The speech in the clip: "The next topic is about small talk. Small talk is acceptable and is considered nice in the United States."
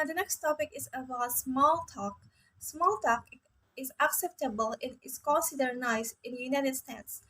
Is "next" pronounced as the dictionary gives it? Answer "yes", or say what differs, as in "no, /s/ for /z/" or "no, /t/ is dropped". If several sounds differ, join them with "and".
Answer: yes